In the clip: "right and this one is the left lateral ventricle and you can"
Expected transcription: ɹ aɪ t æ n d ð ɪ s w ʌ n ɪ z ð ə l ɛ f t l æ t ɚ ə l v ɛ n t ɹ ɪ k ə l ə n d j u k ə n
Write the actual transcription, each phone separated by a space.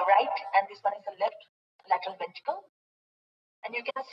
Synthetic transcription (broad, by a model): ɹ aɪ t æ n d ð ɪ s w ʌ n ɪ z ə l ɛ f t l æ t ɚ ə l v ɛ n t ɪ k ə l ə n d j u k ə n